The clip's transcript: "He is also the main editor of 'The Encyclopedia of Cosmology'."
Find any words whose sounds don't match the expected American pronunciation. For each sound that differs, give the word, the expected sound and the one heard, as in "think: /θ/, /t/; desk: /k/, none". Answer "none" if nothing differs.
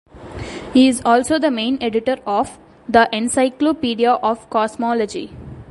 cosmology: /z/, /s/